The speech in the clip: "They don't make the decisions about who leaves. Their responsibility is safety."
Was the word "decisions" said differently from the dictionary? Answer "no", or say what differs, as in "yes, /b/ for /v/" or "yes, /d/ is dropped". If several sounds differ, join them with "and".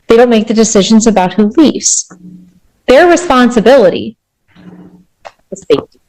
no